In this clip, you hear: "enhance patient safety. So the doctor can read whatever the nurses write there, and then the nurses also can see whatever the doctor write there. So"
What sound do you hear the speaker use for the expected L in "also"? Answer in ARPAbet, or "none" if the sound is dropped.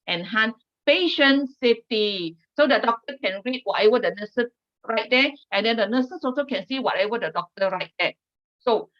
none